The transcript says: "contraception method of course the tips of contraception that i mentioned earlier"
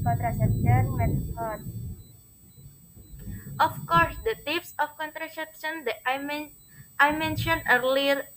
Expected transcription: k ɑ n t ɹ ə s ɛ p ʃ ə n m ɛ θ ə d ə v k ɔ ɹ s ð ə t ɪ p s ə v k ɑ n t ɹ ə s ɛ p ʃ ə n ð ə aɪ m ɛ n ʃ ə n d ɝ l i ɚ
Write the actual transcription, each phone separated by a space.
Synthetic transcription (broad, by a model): k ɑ n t ɹ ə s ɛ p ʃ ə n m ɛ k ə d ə f k ɔ ɹ s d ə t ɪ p s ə f k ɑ n t ɹ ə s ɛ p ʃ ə n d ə aɪ m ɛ n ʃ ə n ɝ l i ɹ